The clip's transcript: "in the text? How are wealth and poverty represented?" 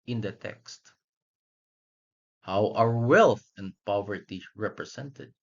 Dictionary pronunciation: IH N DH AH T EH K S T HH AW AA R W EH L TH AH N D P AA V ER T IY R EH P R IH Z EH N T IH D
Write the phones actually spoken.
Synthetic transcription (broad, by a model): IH N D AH T EH K S T HH AW AA R W EH L TH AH N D P AA V ER T IY R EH P R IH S EH N T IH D